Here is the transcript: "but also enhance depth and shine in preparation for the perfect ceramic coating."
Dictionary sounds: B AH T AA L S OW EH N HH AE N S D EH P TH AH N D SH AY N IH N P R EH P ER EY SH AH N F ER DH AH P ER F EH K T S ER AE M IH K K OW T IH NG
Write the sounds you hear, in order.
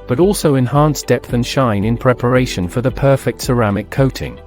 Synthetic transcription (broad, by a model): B AH T AA L S OW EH N HH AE N S D EH P TH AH N SH AY N IH N P R EH P ER EY SH AH N F ER DH AH P ER F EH K T S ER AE M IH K K OW T IH NG